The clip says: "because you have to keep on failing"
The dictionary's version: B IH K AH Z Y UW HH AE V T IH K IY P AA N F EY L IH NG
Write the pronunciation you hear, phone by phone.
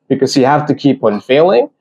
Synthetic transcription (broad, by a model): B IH K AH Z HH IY HH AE F T IH K IY P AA N F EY L IH NG